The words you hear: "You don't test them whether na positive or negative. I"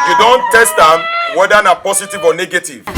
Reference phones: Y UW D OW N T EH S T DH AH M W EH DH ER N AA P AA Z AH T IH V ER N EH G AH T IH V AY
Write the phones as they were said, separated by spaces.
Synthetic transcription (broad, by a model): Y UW D OW N T EH S T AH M W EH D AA N AA P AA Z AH T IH V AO N EH G AH T IH V